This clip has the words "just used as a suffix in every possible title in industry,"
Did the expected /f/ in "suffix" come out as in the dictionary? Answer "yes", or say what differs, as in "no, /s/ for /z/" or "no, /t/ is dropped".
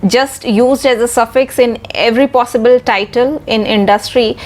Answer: yes